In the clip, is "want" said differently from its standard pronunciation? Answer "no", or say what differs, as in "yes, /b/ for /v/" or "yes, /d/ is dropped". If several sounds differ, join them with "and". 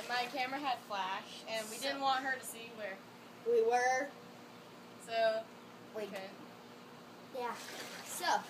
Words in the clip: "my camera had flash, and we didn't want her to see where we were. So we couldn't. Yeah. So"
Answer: no